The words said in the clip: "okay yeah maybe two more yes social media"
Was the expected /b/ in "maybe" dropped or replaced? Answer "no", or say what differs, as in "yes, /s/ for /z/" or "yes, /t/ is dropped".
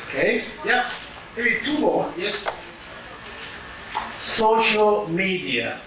yes, /b/ is dropped